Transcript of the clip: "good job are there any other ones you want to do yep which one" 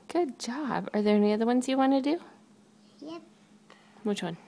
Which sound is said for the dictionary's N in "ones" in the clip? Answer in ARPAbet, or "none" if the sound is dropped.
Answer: N